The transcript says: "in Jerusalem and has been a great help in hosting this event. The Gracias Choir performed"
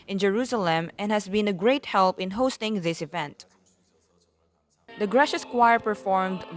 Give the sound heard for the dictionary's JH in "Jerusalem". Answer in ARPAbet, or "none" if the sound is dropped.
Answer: JH